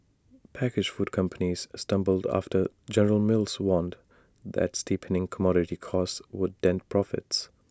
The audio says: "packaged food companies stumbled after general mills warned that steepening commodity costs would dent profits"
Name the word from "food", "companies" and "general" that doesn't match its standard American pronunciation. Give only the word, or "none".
none